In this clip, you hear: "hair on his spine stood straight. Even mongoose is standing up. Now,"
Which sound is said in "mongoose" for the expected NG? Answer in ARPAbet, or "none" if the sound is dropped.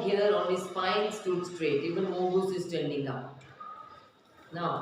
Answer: none